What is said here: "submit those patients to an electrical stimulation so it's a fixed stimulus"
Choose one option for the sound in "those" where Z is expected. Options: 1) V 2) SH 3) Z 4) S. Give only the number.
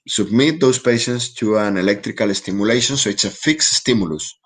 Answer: 4